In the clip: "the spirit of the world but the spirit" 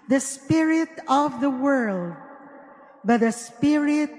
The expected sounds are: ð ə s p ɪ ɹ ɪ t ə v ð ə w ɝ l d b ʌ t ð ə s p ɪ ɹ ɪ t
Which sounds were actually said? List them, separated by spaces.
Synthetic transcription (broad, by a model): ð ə s p ɪ ɹ ɪ t ə v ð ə w ɝ l d b ʌ t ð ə s p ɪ ɹ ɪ t